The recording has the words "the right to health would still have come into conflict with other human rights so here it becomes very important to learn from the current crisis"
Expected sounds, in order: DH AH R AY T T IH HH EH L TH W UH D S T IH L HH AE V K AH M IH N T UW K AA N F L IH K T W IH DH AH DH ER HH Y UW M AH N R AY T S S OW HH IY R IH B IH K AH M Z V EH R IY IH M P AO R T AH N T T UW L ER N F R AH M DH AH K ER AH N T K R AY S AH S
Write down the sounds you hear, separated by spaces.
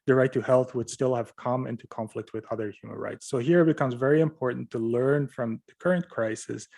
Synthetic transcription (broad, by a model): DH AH R AY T T IH HH EH L TH W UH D S T IH L HH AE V K AH M IH N T UW K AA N F L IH K T W IH DH AH DH ER HH Y UW M AH N R AY T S S OW HH IY R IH B IH K AH M Z V EH R IY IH M P AO R T N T T UW L ER N F R AH M DH AH K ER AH N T K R AY S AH S